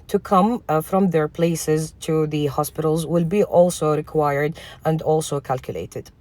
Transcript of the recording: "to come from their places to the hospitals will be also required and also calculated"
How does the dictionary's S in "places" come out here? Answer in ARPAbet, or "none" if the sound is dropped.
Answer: S